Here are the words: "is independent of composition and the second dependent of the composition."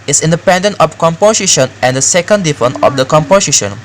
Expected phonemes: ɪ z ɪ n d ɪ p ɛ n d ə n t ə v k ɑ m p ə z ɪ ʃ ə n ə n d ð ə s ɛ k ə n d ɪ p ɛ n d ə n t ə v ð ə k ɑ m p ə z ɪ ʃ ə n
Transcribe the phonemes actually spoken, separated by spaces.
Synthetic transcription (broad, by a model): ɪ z ɪ n d ɪ p ɛ n d ə n t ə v k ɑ m p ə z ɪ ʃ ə n ə n d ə s ɛ k ə n d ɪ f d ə n ə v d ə k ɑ m p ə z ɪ ʃ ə n